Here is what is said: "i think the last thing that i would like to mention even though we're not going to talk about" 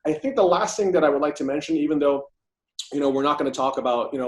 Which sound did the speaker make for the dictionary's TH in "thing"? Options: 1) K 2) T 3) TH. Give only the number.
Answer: 3